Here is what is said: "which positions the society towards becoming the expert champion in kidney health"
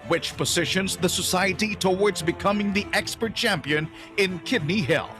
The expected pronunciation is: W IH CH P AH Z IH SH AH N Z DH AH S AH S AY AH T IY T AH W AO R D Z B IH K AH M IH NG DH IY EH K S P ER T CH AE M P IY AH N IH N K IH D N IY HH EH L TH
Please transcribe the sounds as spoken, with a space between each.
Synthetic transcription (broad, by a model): W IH CH P AH Z IH SH AH N Z DH AH S AH S AY AH T IY T AH W AO R D Z B IH K AH M IH NG DH IY EH K S P ER T CH AE M P IY AH N IH N K IH D N IY HH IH L